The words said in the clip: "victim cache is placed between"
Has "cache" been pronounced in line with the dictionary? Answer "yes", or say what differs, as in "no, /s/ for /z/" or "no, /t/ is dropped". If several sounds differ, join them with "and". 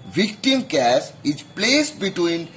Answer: no, /s/ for /ʃ/